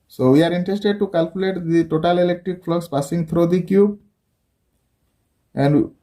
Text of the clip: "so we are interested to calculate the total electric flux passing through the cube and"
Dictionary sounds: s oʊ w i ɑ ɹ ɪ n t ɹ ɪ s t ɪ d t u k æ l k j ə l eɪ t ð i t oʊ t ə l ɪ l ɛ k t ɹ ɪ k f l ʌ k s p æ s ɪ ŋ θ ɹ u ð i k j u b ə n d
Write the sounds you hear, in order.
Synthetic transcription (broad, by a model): s oʊ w i ɑ ɹ ɪ n t ɹ ɪ s t ɪ d t u k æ l k j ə l eɪ t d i t oʊ t ə l ɪ l ɛ k t ɹ ɪ k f l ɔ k s p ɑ s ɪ ŋ t ɹ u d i k j u b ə n d